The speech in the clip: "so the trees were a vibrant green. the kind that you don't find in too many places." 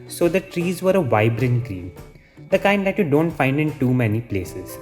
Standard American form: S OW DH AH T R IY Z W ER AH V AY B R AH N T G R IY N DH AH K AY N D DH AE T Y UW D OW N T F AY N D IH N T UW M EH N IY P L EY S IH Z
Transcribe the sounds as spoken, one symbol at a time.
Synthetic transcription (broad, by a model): S OW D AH T R IY Z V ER AH V AY B R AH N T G R IY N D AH K AY N D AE T Y UW D OW N T F AY N D IH N T UW M EH N IY P L EY S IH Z